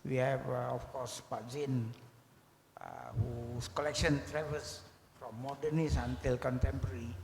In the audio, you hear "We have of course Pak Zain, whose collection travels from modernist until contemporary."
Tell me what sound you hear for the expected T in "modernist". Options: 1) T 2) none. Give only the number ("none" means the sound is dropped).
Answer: 2